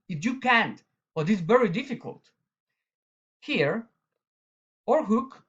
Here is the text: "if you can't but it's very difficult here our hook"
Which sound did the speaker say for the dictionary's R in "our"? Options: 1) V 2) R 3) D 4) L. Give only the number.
2